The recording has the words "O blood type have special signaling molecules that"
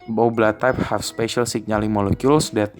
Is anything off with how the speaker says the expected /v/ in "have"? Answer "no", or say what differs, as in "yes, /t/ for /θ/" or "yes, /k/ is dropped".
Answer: yes, /f/ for /v/